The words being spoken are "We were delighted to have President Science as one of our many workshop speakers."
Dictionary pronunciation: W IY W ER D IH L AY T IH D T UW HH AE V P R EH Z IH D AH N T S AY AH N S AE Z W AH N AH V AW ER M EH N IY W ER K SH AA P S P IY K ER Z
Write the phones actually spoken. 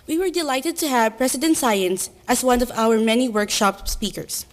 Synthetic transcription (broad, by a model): W IY W ER D IH L AY T IH D T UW HH AE V P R EH S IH D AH N T S AY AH N S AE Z W AH N AH V AW ER M EH N IY W ER K SH AA P S P IY K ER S